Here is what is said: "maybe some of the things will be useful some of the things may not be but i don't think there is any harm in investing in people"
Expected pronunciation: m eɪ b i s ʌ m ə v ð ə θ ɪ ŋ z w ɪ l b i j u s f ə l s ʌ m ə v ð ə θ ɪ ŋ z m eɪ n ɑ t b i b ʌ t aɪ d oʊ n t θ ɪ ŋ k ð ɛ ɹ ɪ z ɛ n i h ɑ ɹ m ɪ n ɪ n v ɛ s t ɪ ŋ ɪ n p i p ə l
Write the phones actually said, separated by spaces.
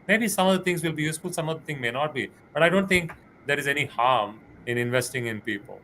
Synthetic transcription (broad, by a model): m eɪ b i s ʌ m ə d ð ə t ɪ ŋ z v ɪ l b i j u s f ə l s ʌ m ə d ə t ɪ ŋ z m eɪ n ɑ t b i b ʌ t aɪ d oʊ n t t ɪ ŋ k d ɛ ɹ ɪ z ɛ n i h ɑ ɹ m ɪ n ɪ n v ɛ s t ɪ ŋ ɪ n p i p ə l